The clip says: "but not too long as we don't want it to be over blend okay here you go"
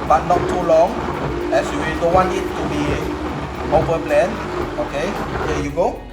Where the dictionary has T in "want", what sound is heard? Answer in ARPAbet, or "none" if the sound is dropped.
none